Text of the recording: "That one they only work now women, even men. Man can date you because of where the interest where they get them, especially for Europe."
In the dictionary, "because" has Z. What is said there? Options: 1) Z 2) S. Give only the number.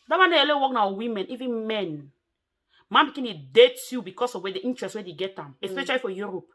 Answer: 2